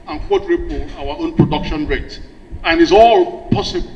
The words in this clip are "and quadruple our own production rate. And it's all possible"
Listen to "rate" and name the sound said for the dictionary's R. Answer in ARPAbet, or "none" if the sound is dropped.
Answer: R